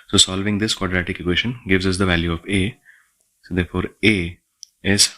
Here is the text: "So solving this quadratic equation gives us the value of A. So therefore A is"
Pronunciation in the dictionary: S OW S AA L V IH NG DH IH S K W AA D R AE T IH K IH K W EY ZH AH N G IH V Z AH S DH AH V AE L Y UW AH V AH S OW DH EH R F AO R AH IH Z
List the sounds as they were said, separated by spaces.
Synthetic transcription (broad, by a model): S OW S AA L V IH NG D IH S K W AA D R AE T IH K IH K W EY SH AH N G IH V Z AH S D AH V AE L Y UW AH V AH S OW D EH R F AO R AH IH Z